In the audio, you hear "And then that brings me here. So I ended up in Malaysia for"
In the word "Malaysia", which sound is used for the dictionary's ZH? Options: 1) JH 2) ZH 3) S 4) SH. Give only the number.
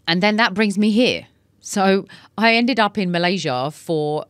2